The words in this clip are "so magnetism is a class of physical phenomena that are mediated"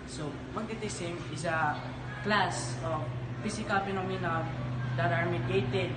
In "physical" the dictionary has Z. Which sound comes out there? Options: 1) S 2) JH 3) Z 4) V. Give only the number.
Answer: 1